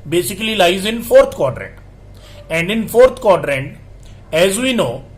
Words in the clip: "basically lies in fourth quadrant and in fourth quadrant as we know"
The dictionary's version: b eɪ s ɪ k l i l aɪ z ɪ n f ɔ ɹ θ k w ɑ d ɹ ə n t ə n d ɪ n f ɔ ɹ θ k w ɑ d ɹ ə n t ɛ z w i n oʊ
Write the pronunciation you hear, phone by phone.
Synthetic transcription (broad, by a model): b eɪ s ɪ k l i l aɪ z ɪ n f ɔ ɹ t k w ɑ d ɹ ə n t ə n d ɪ n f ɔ ɹ t k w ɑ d ɹ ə n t ɛ z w i n oʊ